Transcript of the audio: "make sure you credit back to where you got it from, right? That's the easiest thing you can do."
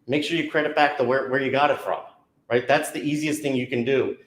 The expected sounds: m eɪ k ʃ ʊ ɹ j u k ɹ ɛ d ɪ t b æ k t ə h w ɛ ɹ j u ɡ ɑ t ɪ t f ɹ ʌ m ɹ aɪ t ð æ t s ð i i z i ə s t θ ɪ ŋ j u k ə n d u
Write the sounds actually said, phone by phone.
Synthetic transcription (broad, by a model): m eɪ k ʃ ʊ ɹ j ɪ k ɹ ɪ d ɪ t b æ k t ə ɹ w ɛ ɹ j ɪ ɡ ɑ t ɪ t f ɹ ʌ m ɹ aɪ t ð æ t s ð i i z i ə s t θ ɪ ŋ j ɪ k ə n d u